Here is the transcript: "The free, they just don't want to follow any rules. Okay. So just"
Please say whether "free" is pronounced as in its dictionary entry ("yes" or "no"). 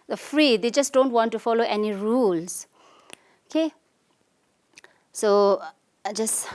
yes